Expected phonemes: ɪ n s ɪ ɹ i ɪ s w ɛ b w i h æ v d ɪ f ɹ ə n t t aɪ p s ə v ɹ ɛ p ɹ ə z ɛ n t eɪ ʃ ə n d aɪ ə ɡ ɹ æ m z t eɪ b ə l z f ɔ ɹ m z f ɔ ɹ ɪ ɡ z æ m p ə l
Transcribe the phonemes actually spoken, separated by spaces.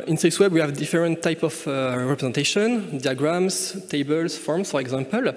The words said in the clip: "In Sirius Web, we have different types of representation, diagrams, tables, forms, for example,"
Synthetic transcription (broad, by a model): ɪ n s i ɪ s w ɛ b w i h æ v d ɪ f ɹ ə n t t aɪ p ə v ɹ ɛ p ɹ ə z ɛ n t eɪ ʃ ə n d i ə ɡ ɹ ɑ m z t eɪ b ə l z f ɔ ɹ m s f ɔ ɹ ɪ ɡ z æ m p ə l